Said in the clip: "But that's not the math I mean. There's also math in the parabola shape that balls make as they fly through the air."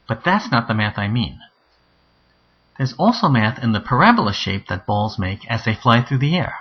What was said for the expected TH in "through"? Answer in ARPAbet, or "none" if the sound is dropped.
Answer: TH